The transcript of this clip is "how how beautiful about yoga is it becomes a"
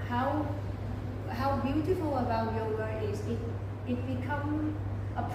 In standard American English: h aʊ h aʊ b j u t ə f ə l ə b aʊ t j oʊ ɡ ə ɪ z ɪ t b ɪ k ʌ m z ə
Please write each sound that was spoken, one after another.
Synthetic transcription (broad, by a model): h aʊ h aʊ b j u t ə f ə l ə b aʊ t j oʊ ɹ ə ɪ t ɪ t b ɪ k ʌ m ə